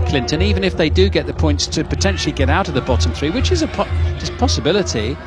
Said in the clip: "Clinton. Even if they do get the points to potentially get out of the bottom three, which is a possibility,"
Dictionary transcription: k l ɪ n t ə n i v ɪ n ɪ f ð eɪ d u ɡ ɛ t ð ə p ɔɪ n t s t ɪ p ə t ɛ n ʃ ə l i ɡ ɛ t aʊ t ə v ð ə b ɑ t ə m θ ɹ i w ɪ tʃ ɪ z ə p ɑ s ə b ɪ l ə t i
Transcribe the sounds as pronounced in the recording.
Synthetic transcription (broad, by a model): k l ɪ n t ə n i v ɪ n ɪ f ð eɪ d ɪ ɡ ɛ t ð ə p ɔɪ n t s t ɪ p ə t ɛ n ʃ l i ɡ ɛ t aʊ t ə v ð ə b ɑ t ə m θ ɹ i w ɪ tʃ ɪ z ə p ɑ s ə b ɪ l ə t i